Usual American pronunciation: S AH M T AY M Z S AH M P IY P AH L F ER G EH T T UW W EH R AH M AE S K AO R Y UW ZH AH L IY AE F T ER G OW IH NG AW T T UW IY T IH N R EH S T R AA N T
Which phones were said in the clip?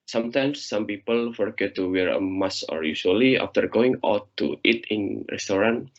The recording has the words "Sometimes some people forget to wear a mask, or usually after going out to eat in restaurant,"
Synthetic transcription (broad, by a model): S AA M T AY M S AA M P IY P AH L F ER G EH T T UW W EH R AH M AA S AO R Y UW SH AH L IY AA F T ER G OW IH NG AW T T UW IY T IH N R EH S T R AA N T